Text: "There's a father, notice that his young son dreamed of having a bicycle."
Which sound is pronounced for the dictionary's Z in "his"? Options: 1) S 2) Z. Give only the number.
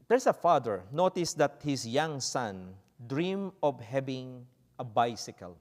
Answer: 1